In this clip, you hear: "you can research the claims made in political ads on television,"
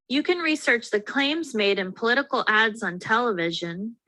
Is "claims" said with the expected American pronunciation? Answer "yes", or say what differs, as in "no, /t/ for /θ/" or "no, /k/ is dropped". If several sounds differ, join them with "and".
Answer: yes